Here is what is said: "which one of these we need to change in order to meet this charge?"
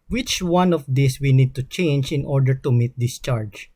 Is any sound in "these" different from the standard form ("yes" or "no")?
yes